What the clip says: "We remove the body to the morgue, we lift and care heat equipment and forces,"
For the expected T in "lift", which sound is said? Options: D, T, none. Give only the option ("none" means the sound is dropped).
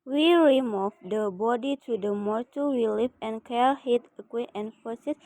none